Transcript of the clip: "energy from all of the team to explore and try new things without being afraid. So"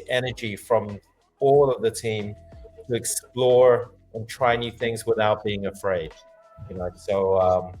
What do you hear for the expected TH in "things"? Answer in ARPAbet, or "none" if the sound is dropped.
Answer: TH